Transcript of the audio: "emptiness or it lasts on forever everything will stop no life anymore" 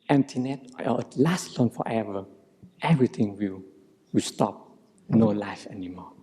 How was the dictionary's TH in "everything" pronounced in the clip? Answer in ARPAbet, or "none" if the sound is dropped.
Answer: T